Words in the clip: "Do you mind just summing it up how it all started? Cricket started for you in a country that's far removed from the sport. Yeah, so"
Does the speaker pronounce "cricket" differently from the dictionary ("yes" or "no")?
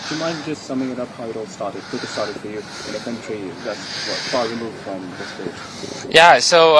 yes